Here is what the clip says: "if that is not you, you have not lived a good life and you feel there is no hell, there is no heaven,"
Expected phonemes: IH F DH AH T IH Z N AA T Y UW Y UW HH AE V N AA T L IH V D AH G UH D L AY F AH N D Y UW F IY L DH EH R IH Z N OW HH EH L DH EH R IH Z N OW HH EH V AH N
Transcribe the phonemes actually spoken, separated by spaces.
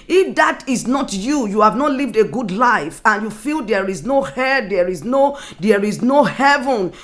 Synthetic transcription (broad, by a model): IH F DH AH T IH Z N AA T Y UW Y UW HH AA V N AA T L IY V D AH G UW D L AY F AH N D Y UW F IY L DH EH R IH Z N OW HH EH N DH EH R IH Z N OW HH EH V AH N